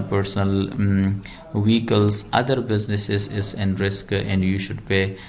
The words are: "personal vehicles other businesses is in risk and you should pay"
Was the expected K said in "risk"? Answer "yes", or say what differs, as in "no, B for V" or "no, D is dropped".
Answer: yes